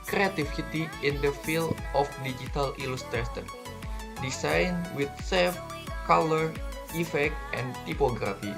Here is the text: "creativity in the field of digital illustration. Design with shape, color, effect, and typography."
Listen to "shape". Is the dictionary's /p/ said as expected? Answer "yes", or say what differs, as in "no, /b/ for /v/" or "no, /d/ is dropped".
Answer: no, /f/ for /p/